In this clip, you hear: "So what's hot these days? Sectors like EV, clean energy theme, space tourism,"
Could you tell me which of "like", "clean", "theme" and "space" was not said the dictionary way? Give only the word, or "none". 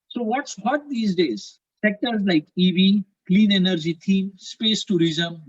theme